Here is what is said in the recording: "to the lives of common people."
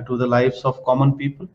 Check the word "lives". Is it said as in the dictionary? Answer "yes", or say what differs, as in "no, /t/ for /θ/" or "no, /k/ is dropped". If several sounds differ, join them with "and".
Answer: no, /s/ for /z/